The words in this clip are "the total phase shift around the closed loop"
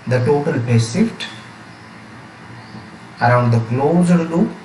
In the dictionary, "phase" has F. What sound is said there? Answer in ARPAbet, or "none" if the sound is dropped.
P